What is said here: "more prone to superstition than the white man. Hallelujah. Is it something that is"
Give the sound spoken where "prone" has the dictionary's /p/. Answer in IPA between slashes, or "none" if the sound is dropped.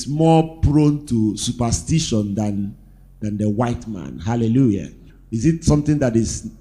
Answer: /p/